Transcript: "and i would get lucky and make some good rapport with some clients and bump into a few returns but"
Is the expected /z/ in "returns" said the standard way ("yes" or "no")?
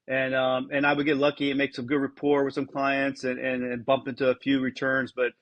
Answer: yes